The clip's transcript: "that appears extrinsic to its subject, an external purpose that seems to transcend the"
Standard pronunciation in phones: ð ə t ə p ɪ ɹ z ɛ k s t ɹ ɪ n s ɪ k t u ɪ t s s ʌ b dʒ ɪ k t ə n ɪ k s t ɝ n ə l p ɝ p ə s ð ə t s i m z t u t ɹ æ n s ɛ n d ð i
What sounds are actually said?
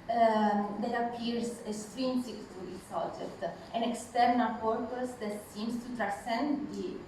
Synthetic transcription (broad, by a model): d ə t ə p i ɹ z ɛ s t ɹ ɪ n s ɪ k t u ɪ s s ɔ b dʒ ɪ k t ə n ɪ k s t ɝ n ə l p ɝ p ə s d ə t s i m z t u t ɹ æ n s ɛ n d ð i